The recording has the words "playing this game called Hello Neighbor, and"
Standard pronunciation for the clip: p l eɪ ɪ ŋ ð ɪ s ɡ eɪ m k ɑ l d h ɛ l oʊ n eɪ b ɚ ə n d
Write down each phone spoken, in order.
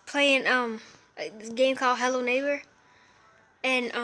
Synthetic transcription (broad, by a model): p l eɪ ɪ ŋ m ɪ ɡ eɪ m k ɑ l h ɛ l oʊ n eɪ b ɚ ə n